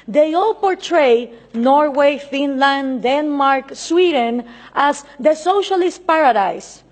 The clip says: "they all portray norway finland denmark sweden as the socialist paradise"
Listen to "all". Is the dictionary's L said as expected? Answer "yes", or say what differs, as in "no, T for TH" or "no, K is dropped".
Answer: yes